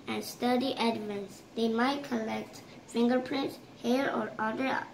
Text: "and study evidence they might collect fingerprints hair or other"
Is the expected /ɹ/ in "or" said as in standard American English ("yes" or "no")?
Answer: yes